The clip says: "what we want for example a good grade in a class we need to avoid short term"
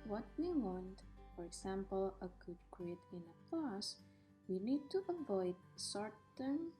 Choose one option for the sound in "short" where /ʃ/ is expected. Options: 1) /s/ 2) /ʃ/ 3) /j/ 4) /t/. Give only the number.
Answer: 1